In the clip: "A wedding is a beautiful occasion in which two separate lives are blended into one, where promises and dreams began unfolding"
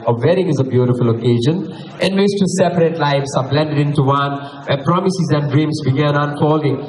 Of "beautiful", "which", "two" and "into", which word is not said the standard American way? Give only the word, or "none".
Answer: which